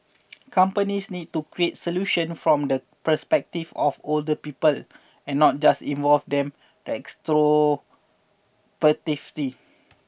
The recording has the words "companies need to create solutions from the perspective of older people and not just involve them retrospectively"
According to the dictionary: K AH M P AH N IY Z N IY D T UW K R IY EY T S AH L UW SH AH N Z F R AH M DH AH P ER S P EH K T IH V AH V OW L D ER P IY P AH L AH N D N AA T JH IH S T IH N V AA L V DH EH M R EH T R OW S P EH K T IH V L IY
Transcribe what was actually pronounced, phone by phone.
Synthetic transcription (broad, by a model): K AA M P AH N IY S N IY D T UW K R IY EY T S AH L UW SH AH N F R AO M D AH P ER S P EH K T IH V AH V OW L D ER P IY P AH L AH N N AA T JH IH S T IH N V AA L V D EH M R EH T R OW P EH T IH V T IY